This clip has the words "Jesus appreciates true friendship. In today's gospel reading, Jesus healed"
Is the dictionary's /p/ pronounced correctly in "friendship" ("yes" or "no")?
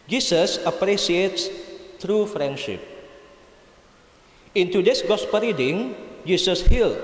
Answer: yes